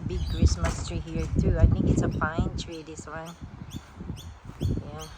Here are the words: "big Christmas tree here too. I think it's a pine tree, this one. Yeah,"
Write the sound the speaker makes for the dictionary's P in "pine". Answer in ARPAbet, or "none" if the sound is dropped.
F